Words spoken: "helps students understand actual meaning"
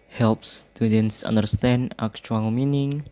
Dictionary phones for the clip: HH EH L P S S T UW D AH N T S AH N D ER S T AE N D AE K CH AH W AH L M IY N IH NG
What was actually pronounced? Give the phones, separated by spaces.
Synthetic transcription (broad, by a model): HH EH L P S S T UW D AH N T S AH N D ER S T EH N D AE K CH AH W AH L M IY N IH NG